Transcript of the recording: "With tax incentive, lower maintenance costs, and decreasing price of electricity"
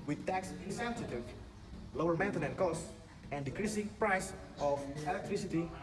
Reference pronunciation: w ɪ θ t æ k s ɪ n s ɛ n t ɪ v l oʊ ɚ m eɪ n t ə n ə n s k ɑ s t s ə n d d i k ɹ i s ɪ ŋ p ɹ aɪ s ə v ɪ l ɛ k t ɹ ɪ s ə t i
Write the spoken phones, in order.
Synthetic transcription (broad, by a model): w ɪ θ t æ k s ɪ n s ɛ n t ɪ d l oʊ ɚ m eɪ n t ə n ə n k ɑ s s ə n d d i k ɹ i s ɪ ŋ p ɹ aɪ s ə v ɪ l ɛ k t ɹ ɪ s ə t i